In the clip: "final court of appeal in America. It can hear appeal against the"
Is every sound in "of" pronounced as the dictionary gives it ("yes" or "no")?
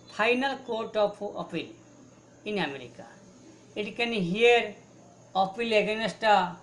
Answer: no